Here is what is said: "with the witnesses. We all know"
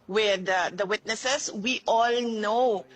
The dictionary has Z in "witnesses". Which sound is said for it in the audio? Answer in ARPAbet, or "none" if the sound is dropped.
S